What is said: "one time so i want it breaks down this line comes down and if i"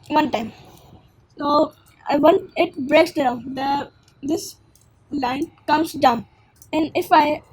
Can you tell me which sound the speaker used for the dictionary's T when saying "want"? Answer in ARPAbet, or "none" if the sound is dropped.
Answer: none